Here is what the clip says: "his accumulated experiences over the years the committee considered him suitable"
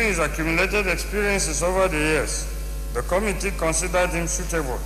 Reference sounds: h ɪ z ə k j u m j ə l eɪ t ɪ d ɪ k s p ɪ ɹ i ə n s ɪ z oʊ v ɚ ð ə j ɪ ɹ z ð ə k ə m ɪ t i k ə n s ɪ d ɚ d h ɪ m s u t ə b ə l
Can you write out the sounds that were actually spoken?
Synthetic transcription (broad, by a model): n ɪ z ə k j u m j ə l eɪ t ɪ d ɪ k s p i ɹ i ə n s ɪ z oʊ v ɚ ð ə j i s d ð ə k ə m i t i k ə n s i d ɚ d h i m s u t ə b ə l